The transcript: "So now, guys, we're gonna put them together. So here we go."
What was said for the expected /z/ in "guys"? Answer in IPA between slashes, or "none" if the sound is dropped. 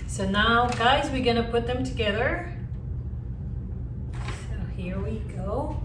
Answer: /z/